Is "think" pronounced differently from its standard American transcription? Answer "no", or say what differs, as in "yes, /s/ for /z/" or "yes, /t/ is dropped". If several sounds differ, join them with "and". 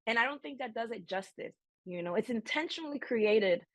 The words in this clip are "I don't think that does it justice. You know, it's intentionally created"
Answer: no